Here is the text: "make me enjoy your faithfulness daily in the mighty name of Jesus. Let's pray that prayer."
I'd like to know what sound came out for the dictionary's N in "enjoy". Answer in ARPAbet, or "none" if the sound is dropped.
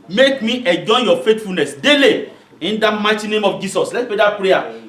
none